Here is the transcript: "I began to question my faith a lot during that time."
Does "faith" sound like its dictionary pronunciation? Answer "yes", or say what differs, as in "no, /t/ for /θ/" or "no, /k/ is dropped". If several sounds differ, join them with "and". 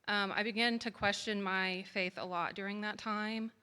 yes